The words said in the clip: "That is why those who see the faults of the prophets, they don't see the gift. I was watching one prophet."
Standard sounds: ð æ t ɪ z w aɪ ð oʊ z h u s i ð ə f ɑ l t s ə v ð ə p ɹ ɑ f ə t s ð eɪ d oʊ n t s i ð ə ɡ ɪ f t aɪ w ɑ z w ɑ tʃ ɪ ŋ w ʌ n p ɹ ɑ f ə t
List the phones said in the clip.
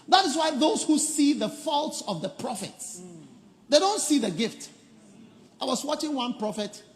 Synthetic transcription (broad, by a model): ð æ t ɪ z w aɪ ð oʊ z h u s i ð ə f ɑ l t s ə v ð ə p ɹ ɑ f ə t s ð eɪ d oʊ n t s i ð ə ɡ ɪ f t aɪ w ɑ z w ɑ tʃ ɪ ŋ w ʌ n p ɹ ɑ f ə t